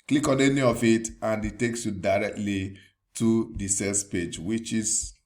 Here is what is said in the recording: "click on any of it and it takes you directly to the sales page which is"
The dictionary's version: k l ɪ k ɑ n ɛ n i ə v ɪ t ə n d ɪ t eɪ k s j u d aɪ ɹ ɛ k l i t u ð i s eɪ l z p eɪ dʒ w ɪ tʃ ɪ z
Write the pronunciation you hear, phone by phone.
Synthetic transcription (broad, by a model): k l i k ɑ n ɛ n i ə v ɪ t ə n d ɪ t eɪ k s j u d aɪ ɹ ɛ k l i t u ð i s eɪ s p eɪ dʒ w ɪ tʃ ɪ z